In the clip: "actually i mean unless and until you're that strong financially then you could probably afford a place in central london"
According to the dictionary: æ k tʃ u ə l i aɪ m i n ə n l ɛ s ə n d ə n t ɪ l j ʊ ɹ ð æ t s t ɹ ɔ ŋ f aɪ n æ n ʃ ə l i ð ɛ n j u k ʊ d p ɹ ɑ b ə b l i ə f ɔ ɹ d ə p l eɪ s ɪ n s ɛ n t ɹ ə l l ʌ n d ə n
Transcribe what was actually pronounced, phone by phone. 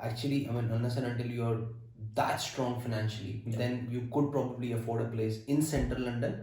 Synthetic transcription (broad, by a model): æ k tʃ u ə l i aɪ m i n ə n ʌ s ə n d ə n t ɪ l j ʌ ɹ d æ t s t ɹ ɔ ŋ f aɪ n æ n ʃ ə l i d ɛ n j u k ʊ d p ɹ ɑ b ə b l i ə f ɔ ɹ d ə p l eɪ s ɪ n s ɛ n t ɹ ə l l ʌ n d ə n